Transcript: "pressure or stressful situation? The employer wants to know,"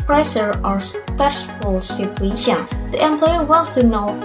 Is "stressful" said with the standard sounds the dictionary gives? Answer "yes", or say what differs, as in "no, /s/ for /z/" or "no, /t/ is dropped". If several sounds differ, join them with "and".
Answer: no, /ɹ/ is dropped